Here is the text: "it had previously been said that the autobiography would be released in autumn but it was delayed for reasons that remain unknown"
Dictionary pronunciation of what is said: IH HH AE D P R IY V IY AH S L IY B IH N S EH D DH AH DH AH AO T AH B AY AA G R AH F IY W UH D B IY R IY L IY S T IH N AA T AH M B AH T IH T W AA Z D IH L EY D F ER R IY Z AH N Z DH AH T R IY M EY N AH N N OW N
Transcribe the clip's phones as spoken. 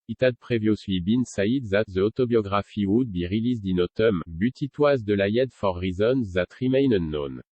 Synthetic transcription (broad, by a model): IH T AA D P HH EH V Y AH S W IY B IH N S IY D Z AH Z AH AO T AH B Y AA G R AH F IY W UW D B IY R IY L IY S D IH N AA T AH M B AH T IH T W AA Z D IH L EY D F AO R IY Z AH N Z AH T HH IY M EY N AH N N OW N